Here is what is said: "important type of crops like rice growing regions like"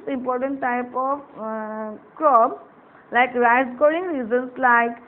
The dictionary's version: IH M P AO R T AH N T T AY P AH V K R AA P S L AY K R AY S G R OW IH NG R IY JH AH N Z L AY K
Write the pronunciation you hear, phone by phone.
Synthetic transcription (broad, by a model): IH M P AO R T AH N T T AY P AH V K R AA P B L AY K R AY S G OW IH NG R IY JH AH N S L AY K